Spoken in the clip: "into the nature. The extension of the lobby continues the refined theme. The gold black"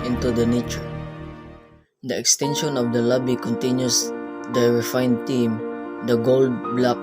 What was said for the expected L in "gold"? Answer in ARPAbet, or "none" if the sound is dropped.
L